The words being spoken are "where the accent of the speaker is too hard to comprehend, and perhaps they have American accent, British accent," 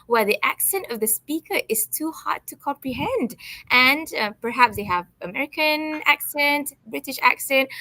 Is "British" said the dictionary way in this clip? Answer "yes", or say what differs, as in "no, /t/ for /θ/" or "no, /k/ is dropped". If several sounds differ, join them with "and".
yes